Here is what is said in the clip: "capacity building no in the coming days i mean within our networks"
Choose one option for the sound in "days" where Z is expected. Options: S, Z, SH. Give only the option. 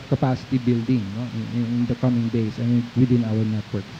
S